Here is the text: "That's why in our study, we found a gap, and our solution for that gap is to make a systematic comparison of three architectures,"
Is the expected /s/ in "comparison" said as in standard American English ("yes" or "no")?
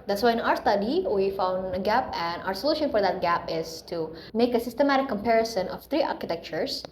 yes